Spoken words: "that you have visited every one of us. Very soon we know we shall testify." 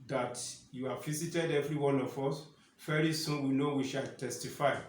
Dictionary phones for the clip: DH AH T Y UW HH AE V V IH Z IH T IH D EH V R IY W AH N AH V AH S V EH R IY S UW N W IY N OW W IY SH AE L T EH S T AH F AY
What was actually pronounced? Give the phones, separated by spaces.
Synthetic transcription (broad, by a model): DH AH T Y UW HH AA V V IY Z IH T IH D EH V R IY W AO N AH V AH S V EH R IY S UW N W IY N OW W IY SH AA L T EH S T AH F AY